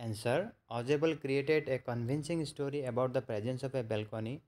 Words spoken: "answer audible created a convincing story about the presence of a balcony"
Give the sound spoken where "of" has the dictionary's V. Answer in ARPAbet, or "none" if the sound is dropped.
P